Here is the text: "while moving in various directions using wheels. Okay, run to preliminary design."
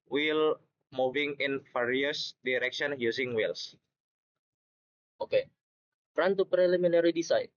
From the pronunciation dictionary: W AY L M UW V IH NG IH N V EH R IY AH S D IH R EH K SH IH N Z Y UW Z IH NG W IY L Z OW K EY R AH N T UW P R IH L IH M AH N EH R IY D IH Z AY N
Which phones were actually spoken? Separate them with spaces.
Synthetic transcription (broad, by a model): W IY L M UW V IH NG IH N F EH R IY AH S D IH R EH K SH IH N Y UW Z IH NG W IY L S OW K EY R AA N T UW P R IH L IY M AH N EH R IY D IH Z AY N